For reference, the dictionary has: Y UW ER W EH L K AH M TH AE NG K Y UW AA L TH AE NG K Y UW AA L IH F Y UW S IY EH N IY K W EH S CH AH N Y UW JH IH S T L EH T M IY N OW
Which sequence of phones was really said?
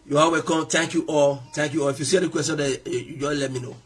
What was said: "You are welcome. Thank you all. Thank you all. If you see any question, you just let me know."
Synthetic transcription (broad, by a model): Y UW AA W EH K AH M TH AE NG K Y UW AA L T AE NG K Y UW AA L IH F Y UW S IY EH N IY K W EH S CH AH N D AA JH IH L EH T M IY N OW